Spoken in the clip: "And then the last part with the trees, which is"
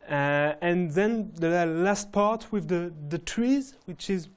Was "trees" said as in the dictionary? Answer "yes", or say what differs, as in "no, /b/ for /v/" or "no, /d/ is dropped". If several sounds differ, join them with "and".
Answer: yes